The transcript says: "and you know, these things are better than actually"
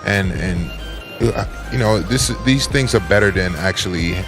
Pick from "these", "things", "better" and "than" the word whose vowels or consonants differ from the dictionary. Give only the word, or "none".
none